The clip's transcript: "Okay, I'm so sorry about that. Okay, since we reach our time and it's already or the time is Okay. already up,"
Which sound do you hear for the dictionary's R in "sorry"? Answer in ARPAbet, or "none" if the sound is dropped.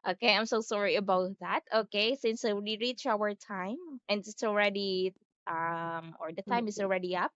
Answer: R